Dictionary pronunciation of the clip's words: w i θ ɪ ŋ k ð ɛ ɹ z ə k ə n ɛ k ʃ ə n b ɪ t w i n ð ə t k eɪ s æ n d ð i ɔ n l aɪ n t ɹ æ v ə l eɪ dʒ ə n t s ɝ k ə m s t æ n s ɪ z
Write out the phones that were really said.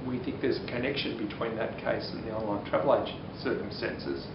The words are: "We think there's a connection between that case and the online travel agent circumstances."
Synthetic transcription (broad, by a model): w i θ ɪ ŋ k ð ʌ ɹ z ə k ə n ɛ k ʃ ə n b ɪ t w i n ð ə t k eɪ s n ð i ɔ n l aɪ n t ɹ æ v l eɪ ə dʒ s ɝ k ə m s t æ n s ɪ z